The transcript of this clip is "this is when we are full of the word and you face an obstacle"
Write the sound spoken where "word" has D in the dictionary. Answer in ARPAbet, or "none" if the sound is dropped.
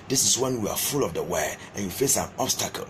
none